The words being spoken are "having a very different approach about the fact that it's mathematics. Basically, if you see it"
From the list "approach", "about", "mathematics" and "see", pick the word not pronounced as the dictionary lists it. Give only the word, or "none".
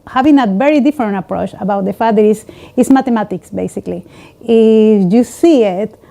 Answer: mathematics